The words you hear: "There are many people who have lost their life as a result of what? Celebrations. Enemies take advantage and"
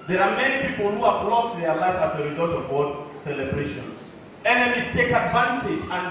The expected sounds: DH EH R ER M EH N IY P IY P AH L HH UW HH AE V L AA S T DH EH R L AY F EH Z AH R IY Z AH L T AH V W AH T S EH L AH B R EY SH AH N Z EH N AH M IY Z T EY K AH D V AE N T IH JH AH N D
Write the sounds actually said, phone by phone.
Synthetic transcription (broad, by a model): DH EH R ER M EH N IY P IY P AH L HH UW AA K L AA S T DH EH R L AY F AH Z AH R IY Z AH L T AH V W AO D S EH L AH B R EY SH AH N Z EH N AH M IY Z T EY K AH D V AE N T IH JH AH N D